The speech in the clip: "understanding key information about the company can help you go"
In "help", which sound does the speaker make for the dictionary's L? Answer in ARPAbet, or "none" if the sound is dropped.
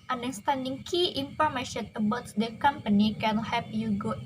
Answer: none